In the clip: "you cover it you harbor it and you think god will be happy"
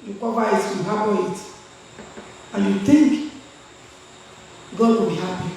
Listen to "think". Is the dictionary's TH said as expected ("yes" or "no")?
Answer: no